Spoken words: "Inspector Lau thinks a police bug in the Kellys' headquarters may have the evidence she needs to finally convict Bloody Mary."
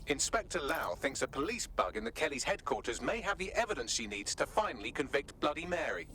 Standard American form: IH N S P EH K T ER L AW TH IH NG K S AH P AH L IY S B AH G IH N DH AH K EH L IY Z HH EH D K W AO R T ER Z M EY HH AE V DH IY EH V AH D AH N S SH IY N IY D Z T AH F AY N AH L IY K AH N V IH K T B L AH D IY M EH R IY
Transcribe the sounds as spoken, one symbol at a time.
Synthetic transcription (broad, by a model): IH N S P EH K T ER L AW TH IH NG K S AH P AH L IY S B AH G IH N DH AH K EH L IY Z HH EH D K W AO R T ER Z M EY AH V DH IY EH V AH D AH N S SH IY N IY D Z T AH F AY N AH L IY K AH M V IH K T B L AH D IY M EH R IY